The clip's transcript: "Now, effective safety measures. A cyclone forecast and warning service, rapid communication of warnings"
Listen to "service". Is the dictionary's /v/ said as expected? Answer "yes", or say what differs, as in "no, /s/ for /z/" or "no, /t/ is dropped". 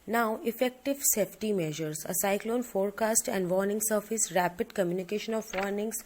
no, /f/ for /v/